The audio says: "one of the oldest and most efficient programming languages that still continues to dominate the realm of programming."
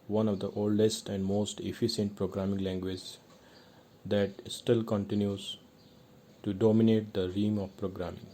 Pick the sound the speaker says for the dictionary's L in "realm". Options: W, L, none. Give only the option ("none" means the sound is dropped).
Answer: none